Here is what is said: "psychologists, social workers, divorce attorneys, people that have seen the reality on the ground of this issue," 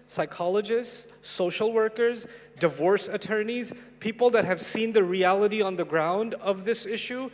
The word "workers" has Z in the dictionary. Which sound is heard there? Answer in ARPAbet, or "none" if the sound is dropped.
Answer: Z